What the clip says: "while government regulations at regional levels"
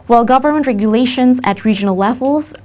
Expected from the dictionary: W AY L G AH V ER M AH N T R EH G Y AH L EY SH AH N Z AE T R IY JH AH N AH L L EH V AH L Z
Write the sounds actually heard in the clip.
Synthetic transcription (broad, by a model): W AY L G AH V ER M AH N T R EH G Y AH L EY SH AH N Z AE T R IY JH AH N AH L L EH V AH L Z